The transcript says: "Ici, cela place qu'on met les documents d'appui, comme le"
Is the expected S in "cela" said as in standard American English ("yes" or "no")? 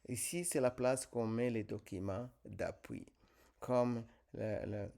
yes